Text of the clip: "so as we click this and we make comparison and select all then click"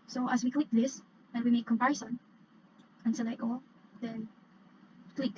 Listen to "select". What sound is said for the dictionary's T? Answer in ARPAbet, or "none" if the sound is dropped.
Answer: none